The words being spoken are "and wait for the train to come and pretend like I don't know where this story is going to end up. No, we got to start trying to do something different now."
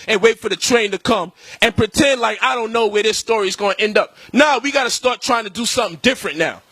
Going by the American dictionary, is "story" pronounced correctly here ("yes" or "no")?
yes